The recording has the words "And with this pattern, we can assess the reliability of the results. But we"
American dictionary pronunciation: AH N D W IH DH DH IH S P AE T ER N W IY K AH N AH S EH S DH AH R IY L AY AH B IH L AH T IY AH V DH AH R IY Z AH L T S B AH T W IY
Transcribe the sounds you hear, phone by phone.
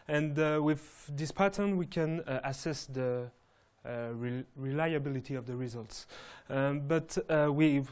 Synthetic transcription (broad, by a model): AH N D W IH DH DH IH S P AE T ER N W IY K AH N AH S EH S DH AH R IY L AY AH B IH L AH T IY AH V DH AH R IY Z AH L T S B AH T W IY